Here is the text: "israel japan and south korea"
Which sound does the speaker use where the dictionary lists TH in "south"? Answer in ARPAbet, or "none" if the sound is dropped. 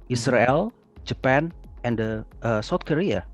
T